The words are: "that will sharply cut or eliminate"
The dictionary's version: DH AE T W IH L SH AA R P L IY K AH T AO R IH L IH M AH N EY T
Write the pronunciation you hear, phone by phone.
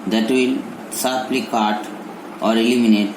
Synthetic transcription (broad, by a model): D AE T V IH L S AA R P L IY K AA T AO R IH L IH M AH N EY T